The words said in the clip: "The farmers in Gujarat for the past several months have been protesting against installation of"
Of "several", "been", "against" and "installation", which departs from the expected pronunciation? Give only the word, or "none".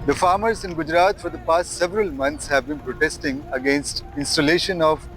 none